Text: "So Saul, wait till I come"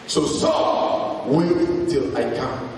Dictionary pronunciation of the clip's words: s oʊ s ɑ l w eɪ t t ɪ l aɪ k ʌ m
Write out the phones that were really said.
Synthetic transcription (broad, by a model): s oʊ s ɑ w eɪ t t ɪ l aɪ k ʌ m